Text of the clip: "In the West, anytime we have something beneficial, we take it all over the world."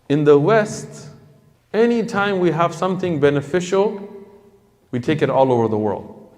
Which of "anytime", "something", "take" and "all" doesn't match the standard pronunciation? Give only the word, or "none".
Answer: none